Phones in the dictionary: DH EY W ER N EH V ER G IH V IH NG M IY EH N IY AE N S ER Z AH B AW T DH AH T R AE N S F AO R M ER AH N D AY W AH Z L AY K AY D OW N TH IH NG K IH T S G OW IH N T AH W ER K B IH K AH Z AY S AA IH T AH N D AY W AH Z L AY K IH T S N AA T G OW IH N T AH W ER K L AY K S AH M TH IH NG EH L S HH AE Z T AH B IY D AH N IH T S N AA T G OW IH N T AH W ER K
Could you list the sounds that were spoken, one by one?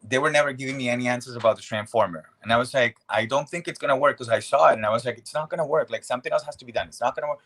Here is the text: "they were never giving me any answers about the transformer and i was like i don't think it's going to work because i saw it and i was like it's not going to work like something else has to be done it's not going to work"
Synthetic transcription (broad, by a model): DH EY W ER N EH V ER G IH V IH NG M IY EH N IY AE N S ER Z AH B AW T DH AH T R AE N S F AO R M ER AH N AY W AH Z L AY K AY D OW N TH IH NG K IH T S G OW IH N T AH W ER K K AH Z AY S AA IH T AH N AY W AH Z L AY K IH T S N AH T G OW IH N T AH W ER K L AY K S AH M TH IH NG EH L S HH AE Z T AH B IY D AH N IH T S N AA T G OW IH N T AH W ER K